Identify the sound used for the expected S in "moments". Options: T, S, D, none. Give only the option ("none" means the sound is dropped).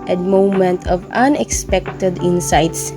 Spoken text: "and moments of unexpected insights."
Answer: none